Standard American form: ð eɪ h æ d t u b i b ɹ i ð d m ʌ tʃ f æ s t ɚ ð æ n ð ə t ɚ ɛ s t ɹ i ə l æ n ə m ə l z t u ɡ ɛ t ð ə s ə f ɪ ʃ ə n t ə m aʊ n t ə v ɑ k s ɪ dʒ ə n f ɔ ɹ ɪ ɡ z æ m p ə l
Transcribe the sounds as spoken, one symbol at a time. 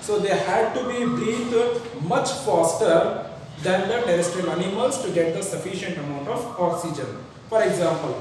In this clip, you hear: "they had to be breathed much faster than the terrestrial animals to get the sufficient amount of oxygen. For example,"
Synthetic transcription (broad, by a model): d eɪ h æ d t u b i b ɹ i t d m ʌ tʃ f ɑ s t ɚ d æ n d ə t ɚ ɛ s t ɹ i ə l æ n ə m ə l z t u ɡ ɛ t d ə s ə f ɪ ʃ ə n t ə m aʊ n t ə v ɑ k s ɪ dʒ ə n f ɔ ɹ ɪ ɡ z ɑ m p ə l